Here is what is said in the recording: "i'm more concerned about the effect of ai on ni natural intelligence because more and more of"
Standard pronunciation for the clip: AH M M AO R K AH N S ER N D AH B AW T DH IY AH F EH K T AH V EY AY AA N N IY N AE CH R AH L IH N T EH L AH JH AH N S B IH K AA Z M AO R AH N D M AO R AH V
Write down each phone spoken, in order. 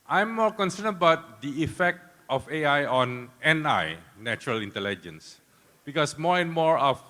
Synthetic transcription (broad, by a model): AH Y M AO R K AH N S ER N AH B AW T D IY AH F EH K T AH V EY AY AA N N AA N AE CH R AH L IH N T EH L AH JH AH N S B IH K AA S M AO R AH N M AO R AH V